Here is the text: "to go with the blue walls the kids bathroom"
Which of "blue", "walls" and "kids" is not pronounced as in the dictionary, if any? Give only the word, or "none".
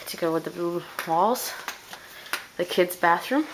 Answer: none